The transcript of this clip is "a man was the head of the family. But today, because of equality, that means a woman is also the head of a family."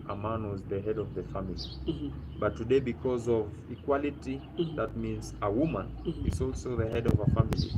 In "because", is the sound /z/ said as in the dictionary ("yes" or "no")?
yes